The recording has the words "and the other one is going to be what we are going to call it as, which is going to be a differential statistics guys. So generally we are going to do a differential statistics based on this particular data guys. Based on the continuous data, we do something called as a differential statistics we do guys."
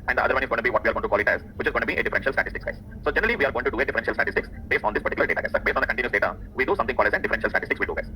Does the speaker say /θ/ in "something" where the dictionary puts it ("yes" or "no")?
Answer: no